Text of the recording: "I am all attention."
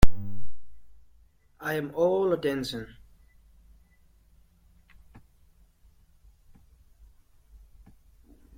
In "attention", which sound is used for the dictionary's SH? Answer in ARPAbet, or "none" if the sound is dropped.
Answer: S